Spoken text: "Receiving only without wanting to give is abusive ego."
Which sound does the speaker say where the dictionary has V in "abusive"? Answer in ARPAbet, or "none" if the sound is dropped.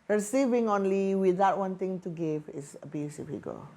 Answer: F